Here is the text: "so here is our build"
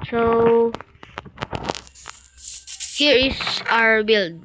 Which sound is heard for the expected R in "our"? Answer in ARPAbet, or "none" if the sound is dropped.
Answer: R